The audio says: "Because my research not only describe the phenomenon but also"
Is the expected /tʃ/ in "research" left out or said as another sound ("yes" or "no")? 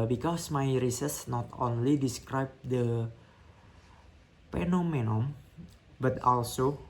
yes